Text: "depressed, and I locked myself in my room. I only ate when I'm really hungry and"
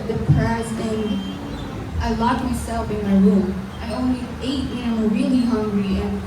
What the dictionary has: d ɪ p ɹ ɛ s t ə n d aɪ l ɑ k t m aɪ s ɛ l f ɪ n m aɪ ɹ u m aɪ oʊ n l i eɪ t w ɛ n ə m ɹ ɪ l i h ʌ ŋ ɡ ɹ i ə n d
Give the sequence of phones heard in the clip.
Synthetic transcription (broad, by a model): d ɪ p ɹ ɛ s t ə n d aɪ l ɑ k m aɪ s ɛ l f ɪ n m aɪ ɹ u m aɪ oʊ n l i eɪ t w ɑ ə m ɹ ɪ l i h ʌ ŋ ɡ ɹ i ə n